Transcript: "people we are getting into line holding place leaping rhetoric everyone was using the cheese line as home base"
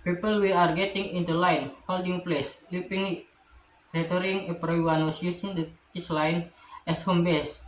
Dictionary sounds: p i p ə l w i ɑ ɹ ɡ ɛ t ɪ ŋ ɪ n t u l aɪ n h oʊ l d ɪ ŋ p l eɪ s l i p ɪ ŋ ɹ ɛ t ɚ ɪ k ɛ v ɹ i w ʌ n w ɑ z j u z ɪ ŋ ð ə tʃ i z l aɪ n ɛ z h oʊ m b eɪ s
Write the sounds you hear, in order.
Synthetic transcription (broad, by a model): p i p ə l w i ɑ ɹ ɡ ɛ t ɪ ŋ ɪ n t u l aɪ n h oʊ l d ɪ ŋ p l eɪ s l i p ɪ ŋ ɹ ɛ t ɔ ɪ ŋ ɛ p ɹ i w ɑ n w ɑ s j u s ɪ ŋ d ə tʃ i s l aɪ n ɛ s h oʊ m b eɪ s